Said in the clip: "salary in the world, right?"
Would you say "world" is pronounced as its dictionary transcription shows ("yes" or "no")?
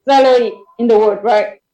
no